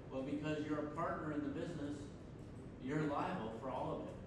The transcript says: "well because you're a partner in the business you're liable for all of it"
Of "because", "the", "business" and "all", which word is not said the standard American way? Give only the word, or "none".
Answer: none